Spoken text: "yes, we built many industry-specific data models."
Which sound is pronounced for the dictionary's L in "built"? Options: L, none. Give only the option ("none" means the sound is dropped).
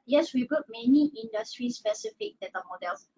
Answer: none